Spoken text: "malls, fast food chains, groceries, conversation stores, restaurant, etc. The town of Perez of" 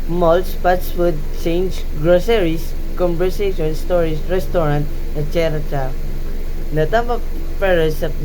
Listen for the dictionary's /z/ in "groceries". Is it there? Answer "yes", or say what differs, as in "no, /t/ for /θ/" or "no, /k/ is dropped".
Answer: no, /s/ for /z/